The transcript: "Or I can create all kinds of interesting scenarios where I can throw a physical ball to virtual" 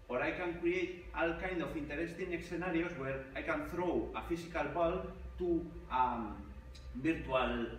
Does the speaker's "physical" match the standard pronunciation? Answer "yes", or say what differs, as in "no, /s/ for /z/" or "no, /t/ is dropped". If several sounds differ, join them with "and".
no, /s/ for /z/